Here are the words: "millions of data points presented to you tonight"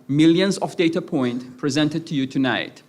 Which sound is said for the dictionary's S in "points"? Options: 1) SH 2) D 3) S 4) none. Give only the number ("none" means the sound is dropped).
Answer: 4